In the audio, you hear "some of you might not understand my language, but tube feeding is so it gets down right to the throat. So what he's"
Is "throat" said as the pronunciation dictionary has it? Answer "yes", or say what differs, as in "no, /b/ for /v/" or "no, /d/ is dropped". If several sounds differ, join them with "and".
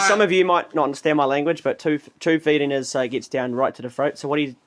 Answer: no, /f/ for /θ/